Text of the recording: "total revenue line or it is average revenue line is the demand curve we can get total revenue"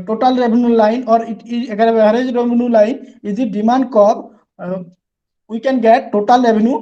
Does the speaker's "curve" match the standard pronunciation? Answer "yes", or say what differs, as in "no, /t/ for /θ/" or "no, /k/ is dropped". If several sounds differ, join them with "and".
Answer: no, /b/ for /v/